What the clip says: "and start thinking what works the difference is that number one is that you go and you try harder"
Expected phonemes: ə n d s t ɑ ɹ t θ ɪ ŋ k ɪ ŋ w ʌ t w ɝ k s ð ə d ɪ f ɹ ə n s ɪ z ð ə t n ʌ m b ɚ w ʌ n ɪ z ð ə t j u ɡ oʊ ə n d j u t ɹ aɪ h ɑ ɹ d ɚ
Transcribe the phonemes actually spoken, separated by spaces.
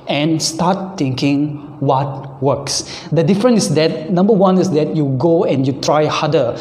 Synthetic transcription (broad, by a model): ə n s t ɑ t t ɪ ŋ k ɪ ŋ w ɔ t w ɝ k s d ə d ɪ f ɹ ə n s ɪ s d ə t n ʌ m b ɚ w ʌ n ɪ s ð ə t j u ɡ oʊ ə n j u t ɹ aɪ h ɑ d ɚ